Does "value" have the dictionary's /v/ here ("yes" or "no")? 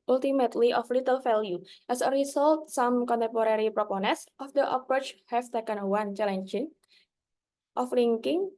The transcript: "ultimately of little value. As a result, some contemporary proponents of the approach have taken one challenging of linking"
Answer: no